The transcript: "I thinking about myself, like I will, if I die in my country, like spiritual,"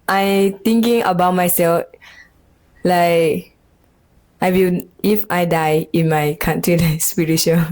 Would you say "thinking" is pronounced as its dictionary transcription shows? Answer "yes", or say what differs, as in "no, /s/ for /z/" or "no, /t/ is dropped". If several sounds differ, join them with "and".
no, /t/ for /θ/